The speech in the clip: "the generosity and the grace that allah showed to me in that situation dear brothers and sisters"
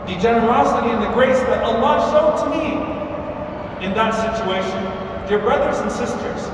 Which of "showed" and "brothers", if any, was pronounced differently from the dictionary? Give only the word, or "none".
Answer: none